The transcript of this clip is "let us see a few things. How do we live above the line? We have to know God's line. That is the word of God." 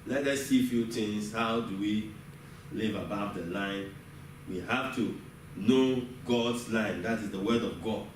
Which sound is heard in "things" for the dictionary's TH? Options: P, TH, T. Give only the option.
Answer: T